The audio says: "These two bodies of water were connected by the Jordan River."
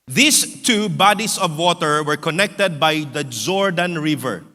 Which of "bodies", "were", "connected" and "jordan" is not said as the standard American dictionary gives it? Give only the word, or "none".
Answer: bodies